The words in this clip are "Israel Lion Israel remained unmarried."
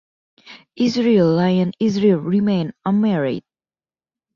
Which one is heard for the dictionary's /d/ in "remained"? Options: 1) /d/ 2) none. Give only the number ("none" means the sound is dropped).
2